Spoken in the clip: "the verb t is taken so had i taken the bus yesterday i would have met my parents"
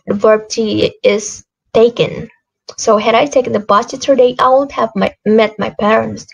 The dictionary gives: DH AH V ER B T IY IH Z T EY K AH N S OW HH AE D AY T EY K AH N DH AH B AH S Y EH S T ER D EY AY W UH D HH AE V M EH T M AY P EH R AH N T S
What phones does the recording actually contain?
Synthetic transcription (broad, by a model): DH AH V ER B T IY IH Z T EY K AH N S OW HH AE D AY T EY K AH N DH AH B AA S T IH T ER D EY AY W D HH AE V M EH T M AY P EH R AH N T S